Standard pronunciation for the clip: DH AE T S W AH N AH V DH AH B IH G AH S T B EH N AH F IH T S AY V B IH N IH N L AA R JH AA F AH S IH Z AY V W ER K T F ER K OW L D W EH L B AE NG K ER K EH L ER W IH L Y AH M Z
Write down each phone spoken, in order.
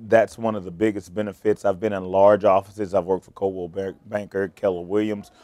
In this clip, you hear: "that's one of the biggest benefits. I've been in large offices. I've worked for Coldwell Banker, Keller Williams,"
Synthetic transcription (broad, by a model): DH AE T S W AH N AH V DH AH B IH G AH S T B EH N AH F IH T S AY V B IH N IH N L AA R JH AA F AH S IH Z AY V W ER K T F ER K OW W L B AE NG K ER K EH L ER W IH L Y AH M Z